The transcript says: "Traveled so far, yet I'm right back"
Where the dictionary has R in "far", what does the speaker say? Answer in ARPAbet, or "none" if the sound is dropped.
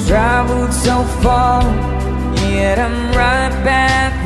L